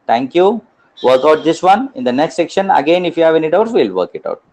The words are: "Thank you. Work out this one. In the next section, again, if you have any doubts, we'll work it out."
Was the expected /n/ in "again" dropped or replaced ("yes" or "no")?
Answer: no